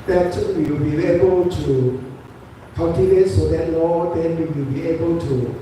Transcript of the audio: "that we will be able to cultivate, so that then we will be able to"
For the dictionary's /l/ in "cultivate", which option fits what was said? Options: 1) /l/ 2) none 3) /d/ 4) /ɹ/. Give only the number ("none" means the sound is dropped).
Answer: 2